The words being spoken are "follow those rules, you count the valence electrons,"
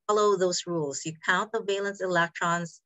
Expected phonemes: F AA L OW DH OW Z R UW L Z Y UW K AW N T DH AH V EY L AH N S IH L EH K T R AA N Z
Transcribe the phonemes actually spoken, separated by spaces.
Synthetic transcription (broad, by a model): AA L OW DH OW Z R UW L Z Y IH K AW N DH AH V EY L AH N S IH L EH K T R AA N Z